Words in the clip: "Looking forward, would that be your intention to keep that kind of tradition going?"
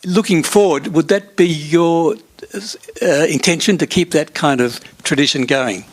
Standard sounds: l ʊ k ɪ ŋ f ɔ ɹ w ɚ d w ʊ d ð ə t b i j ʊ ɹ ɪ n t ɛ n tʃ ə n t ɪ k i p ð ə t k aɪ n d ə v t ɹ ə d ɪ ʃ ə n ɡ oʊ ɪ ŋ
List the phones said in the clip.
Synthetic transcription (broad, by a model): l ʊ k ɪ ŋ f ɔ ɹ w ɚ d w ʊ d ð ə t b i j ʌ ɹ ɪ n t ɛ n ʃ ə n t ɪ k i p ð ə t k aɪ n d ə v t ɹ ə d ɪ ʃ ə n ɡ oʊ ɪ ŋ